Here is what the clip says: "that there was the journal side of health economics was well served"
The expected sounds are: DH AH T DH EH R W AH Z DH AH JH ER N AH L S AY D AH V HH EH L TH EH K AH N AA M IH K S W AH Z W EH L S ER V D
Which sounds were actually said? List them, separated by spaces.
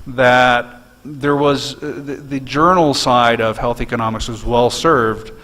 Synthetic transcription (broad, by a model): DH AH T DH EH R W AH Z DH AH JH ER N L S AY D AH V HH EH L TH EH K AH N AA M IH K S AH Z W EH L S ER V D